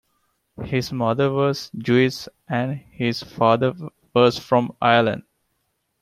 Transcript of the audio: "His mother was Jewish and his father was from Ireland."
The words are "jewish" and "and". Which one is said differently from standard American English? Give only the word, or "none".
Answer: jewish